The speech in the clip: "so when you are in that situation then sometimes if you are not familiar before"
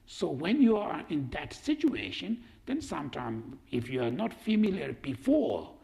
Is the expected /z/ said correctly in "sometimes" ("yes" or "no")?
no